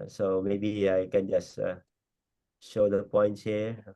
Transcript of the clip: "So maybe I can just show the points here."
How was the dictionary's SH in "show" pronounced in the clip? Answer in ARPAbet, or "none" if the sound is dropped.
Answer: SH